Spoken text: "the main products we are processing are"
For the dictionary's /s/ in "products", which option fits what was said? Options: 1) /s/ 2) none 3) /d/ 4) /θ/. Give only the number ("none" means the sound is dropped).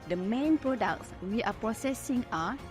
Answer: 1